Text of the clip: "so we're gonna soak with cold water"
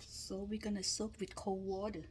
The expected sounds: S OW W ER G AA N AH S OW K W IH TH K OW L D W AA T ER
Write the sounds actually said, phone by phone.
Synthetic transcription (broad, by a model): S OW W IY G AA N AH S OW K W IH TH K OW W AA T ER